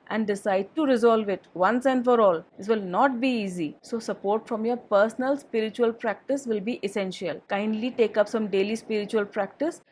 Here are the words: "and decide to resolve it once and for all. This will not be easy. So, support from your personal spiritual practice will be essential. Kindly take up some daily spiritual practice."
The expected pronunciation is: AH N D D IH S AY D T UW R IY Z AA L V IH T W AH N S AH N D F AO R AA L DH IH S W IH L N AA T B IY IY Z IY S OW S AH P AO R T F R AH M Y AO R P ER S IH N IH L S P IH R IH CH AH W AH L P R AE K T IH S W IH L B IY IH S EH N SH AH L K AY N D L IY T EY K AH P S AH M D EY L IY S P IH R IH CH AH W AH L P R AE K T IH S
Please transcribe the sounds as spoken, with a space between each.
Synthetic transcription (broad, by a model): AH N D D IH S AY D T UW R IY Z AA L V IH T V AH N S AH N D F AO R AA L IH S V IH L N AA T B IY IY Z IY S OW S AH P AO R T F R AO M Y AO R P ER S N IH L S P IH R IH CH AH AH L P R AE K T IH S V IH L B IY IH S EH N SH AH L K AY N D L IY T EY K AH P S AH M D EY L IY S P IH R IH CH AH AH L P R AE K T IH S